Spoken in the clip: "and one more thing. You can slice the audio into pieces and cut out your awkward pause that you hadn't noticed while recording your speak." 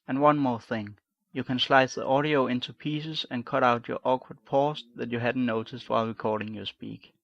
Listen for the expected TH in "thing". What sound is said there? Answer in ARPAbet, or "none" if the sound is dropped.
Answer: TH